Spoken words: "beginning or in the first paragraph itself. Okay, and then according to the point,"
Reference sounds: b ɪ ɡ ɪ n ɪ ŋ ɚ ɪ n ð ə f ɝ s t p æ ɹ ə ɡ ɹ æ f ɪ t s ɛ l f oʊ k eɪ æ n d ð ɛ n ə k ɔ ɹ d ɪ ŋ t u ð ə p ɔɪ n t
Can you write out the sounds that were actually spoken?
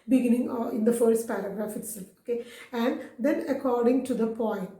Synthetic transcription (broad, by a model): b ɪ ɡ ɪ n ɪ ŋ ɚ ɪ n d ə f ɝ s t p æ ɹ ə ɡ ɹ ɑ f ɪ t s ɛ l oʊ k eɪ æ n d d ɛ n ə k ɔ ɹ d ɪ ŋ t u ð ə p ɔɪ n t